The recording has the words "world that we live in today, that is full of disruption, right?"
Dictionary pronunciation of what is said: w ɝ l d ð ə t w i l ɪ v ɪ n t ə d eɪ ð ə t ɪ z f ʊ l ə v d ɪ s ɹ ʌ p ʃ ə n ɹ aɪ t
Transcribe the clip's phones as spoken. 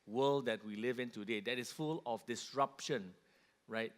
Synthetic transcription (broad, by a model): w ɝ l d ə t w i l ɪ v ɪ n t ə d eɪ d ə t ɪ s f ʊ l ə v d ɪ s ɹ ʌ p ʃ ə n ɹ aɪ t